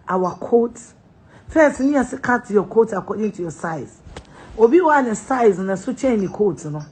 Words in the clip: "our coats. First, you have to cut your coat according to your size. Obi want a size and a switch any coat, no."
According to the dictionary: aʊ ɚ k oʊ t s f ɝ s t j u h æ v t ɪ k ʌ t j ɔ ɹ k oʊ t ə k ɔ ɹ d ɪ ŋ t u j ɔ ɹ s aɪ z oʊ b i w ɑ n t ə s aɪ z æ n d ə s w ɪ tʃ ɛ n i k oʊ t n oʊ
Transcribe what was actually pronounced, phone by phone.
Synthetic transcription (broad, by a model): aʊ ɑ k oʊ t f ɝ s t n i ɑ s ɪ k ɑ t j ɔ k oʊ t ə k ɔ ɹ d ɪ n t u j ɔ s aɪ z oʊ b i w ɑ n ə s aɪ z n ə s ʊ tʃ ɛ n i k oʊ t n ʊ